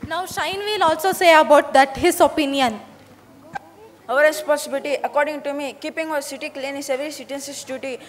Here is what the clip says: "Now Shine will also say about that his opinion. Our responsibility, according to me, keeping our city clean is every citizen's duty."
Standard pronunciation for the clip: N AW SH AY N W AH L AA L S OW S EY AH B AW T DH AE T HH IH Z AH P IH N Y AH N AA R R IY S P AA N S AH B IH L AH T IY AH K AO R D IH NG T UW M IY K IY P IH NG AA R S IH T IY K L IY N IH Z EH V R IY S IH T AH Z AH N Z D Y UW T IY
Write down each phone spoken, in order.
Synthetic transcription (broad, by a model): N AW SH AY N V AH L AA L S OW S EY AH B AW T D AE T HH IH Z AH P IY N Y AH N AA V R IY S P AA S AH B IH L T IY AH K AO R D IH NG T UW M IY K IY P IH NG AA S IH T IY K L IY N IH S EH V IY S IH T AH S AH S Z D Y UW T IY